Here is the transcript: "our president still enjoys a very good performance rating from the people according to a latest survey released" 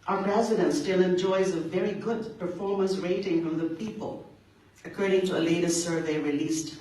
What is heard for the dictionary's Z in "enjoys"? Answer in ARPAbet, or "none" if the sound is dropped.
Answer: Z